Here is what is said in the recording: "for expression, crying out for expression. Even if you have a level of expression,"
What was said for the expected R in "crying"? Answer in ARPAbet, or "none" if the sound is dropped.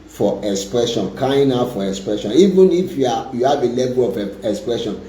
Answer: none